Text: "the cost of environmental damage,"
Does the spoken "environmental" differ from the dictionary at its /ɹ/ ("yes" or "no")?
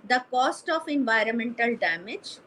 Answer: no